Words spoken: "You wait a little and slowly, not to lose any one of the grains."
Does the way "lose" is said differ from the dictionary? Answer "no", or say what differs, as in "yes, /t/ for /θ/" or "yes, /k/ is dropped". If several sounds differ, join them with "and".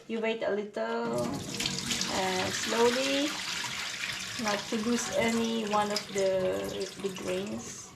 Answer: yes, /s/ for /z/